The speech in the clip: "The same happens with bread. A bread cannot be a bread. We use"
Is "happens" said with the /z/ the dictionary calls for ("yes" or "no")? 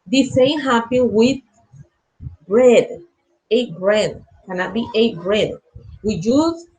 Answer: no